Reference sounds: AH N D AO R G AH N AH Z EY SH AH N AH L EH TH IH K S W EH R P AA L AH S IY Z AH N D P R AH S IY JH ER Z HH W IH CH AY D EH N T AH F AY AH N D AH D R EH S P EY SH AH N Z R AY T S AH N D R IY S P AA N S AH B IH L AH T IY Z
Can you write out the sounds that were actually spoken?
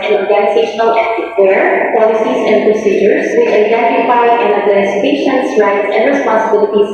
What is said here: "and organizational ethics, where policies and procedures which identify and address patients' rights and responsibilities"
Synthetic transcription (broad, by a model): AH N AO R G AH N AH Z EY SH AH N AH L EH T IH W EH R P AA L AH S IY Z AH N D P R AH S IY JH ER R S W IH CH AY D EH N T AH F AY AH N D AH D L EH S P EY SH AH N S R AY T S AH N D R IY S P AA N S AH B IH L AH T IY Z